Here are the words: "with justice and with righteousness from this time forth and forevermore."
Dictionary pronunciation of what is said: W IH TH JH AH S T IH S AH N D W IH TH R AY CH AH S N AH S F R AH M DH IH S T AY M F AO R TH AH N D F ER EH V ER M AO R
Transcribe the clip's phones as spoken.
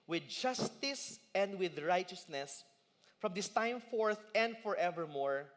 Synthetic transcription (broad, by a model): W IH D JH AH S T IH S AH N D W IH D R AY CH AH S N AH S F R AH M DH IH S T AY M F AO R TH AH N D F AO EH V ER M AO R